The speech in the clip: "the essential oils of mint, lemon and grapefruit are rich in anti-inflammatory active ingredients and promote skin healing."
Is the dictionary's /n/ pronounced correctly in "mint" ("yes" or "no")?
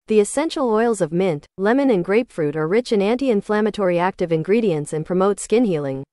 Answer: yes